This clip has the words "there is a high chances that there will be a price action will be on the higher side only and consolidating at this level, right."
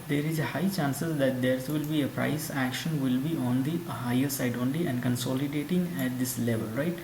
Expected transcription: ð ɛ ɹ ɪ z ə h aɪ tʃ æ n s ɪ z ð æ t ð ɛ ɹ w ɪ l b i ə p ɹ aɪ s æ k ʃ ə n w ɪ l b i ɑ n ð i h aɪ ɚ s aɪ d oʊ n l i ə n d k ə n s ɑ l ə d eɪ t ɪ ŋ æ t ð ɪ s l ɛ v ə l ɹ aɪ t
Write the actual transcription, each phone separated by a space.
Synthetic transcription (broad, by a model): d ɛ ɹ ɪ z ə h aɪ tʃ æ n s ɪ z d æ t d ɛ ɹ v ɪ l b i ə p ɹ aɪ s æ k ʃ ə n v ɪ l b i ɑ n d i h aɪ ɚ s aɪ d oʊ n l i ə n d k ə n s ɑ l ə d eɪ t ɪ ŋ æ t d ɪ s l ɛ v ə l ɹ aɪ t